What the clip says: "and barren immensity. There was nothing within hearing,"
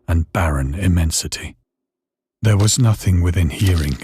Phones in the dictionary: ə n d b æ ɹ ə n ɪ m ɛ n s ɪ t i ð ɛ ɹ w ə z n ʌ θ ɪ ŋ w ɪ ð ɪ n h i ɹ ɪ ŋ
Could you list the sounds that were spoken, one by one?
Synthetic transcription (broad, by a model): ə n b æ ɹ ə n ɪ m ɛ n s ɪ t i ð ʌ ɹ w ə z n ʌ θ ɪ ŋ w ɪ ð ɪ n h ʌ ɹ ɪ ŋ